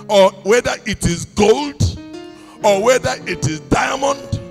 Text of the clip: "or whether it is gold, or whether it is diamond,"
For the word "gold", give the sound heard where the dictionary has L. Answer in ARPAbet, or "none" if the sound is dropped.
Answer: L